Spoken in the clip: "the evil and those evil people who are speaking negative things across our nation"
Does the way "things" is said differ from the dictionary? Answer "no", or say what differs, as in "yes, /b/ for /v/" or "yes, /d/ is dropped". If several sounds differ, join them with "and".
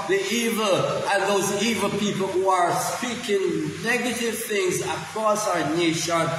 no